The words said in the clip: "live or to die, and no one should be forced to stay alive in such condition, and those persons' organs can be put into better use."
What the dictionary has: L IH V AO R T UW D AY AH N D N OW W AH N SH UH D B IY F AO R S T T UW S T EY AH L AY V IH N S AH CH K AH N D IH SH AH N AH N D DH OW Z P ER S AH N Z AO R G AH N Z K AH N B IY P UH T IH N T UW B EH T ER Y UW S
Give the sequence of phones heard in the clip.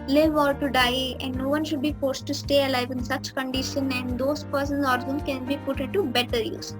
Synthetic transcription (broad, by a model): L IH V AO L T UW D AY AH N D N OW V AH N SH UH D B IY F AO R S T T UW S T EY AH L AY V IH N S AH CH K AH N D IH SH AH N AH N D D OW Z P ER S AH N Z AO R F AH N K AH N B IY P UH T IH N T UW B EH T ER Y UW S